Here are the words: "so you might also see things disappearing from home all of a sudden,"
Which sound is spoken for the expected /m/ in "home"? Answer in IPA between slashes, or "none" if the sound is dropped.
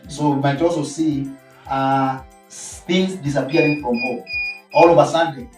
none